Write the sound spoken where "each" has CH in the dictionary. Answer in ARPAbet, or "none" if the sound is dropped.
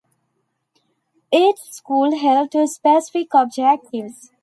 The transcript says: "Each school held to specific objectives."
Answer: S